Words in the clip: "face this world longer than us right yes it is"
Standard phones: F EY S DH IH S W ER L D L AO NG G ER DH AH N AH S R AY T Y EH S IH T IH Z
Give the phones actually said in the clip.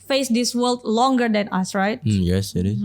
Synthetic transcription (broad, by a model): F EY S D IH S W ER L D L AO NG G ER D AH N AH S R AY T Y EH S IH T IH